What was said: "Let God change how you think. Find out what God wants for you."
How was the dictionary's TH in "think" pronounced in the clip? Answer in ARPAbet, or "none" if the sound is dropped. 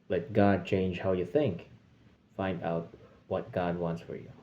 TH